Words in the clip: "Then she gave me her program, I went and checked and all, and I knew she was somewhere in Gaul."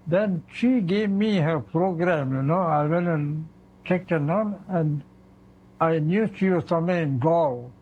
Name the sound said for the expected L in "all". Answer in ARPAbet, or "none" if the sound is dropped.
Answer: N